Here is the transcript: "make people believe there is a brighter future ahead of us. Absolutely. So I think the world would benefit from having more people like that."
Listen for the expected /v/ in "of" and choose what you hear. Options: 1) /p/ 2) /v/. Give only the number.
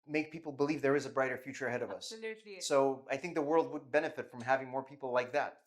2